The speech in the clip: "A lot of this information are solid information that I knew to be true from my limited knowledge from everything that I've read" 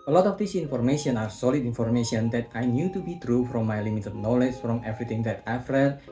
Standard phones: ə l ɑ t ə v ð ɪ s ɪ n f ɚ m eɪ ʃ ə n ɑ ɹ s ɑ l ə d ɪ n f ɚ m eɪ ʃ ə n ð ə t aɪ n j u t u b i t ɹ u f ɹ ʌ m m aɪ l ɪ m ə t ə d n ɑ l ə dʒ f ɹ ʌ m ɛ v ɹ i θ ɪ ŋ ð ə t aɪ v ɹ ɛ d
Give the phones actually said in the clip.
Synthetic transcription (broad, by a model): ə l ɑ t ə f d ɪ s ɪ n f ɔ m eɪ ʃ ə n ɑ ɹ s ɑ l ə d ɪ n f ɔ m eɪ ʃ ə n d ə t aɪ n j u t u b i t ɹ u f ɹ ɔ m m aɪ l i m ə t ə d n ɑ l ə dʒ f ɹ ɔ m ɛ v ɹ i t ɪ ŋ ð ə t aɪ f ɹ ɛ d